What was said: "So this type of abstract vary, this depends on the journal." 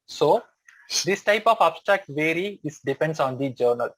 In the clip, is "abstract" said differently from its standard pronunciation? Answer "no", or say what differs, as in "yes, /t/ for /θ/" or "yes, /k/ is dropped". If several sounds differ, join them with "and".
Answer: no